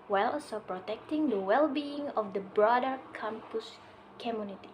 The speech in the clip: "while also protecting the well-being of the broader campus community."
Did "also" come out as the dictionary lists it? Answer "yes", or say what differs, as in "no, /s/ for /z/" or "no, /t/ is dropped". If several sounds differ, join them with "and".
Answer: no, /l/ is dropped